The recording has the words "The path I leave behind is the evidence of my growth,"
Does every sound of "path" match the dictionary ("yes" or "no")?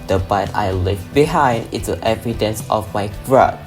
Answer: no